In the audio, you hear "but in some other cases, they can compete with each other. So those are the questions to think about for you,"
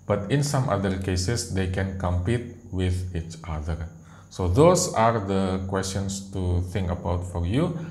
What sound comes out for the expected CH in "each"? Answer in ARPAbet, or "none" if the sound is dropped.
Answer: CH